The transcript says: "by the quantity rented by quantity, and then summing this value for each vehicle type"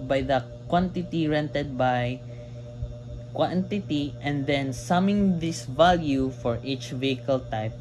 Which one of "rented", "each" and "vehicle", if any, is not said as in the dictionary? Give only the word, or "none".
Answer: none